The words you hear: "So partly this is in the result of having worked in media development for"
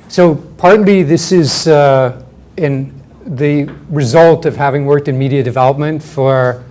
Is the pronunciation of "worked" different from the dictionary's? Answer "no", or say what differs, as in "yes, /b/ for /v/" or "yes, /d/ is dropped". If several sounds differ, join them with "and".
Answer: no